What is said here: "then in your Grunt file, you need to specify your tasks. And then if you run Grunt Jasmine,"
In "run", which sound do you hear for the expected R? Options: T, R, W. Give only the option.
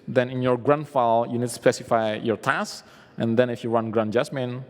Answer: W